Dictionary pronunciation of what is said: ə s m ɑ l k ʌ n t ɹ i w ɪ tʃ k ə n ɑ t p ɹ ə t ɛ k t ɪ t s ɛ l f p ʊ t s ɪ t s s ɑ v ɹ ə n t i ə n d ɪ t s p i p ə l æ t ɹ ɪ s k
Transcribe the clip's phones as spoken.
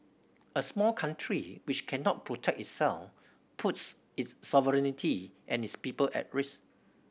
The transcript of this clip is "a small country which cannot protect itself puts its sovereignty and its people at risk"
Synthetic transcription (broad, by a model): ə s m ɑ l k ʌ n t ɹ i w ɪ tʃ k ə n ɑ t p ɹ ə t ɛ k ɪ t s ɛ l f p ʊ t s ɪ t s s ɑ v ɹ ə n t i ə n ɪ t s p i p ə l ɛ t ɹ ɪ s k